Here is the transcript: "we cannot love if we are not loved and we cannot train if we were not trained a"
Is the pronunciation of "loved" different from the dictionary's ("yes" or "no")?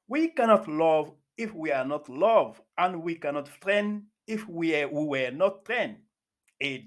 yes